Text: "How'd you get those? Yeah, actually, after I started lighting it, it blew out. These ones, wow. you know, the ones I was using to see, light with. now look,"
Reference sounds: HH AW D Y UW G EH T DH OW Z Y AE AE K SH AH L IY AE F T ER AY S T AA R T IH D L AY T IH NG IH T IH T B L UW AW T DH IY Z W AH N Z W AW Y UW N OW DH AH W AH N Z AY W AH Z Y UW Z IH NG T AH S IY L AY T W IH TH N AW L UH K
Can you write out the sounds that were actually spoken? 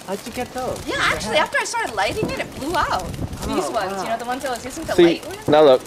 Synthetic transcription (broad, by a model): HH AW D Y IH G EH T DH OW Y AE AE K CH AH L IY AE F T ER AY S T AA R T IH D L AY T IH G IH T IH T B L UW AW T DH IY Z W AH N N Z Y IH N OW DH AH W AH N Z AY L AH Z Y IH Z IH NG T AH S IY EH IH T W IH N AW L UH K